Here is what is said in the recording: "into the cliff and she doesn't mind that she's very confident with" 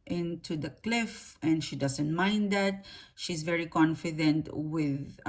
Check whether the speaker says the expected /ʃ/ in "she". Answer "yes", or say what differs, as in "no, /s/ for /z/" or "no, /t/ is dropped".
yes